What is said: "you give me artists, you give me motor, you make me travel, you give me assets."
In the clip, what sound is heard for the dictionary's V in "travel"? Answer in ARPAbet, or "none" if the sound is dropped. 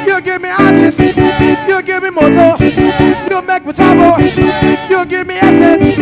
B